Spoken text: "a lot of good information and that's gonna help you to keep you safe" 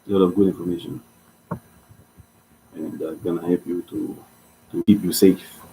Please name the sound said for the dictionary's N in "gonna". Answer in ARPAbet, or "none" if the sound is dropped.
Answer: N